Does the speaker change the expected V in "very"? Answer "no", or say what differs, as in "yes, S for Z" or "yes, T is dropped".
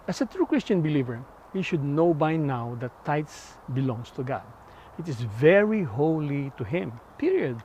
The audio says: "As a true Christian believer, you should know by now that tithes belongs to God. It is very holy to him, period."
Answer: no